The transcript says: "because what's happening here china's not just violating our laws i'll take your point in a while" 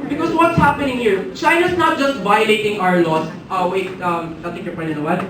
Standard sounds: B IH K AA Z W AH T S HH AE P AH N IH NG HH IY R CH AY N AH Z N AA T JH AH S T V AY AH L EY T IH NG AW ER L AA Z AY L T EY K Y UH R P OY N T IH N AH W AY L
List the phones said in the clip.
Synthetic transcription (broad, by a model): B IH K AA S W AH T S HH AE P AH N IH NG HH IY R CH AY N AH S N AA T JH AH S T V AY AH L EY T IH NG AW ER L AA S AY W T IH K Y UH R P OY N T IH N AH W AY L